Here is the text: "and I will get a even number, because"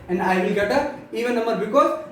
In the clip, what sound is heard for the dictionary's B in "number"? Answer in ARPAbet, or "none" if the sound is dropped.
none